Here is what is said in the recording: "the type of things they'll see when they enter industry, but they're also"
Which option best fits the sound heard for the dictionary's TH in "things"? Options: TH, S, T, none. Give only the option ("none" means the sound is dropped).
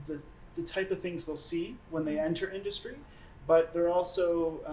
TH